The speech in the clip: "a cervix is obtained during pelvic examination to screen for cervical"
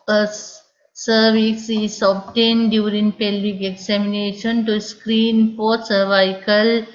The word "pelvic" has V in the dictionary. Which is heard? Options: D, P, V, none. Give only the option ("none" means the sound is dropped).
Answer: none